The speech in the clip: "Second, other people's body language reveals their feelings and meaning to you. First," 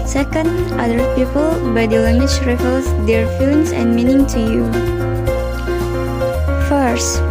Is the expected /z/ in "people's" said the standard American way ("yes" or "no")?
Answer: no